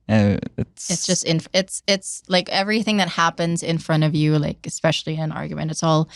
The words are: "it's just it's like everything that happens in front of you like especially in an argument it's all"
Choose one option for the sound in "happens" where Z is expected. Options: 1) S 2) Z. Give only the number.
2